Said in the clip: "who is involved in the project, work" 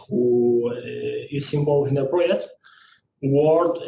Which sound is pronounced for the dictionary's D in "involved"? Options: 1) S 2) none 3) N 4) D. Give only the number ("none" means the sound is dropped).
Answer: 2